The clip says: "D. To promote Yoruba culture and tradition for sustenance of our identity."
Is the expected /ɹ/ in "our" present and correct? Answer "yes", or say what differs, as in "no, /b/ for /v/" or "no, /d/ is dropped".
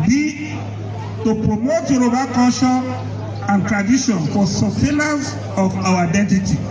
no, /w/ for /ɹ/